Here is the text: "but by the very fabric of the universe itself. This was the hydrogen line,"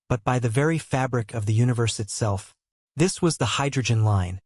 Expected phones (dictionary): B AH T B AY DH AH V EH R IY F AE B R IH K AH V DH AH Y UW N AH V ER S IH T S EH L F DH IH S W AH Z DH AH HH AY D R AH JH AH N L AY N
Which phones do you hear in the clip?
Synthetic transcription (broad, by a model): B AH T B AY DH AH V EH R IY F AE B R IH K AH V DH AH Y UW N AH V ER S IH T S EH L F DH IH S W AH Z DH AH HH AY D R AH JH AH N L AY N